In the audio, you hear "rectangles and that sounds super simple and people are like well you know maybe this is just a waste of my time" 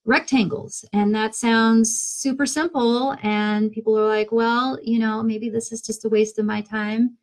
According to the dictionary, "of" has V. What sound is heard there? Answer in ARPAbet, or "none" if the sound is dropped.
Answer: V